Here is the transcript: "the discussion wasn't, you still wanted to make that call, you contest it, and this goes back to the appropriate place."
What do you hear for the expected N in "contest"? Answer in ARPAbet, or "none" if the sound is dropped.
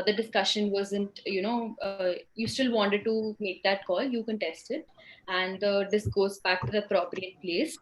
N